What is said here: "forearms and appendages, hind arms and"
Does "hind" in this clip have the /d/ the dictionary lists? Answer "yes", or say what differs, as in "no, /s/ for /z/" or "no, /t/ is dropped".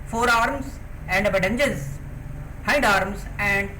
yes